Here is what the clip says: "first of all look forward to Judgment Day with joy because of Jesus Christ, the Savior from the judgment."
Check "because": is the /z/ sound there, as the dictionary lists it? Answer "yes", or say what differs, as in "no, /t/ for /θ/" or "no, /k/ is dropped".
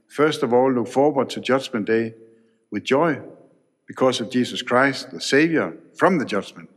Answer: no, /s/ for /z/